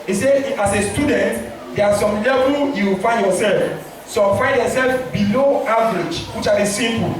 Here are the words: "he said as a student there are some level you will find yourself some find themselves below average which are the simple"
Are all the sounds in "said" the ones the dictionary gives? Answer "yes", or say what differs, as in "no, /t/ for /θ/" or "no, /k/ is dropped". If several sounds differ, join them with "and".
no, /d/ is dropped